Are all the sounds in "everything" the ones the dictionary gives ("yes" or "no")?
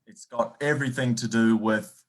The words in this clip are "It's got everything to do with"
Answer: yes